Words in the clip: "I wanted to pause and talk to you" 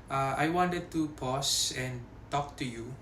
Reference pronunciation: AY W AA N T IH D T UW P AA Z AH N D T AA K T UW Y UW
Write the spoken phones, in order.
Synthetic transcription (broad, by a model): AY W AA N T IH D T UW P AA S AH N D T AA K T UW Y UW